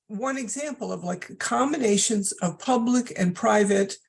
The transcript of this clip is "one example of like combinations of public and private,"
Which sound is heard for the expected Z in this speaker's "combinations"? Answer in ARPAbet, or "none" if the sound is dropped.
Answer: Z